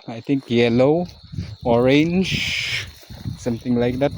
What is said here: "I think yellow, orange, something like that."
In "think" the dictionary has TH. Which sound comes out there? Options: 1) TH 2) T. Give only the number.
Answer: 2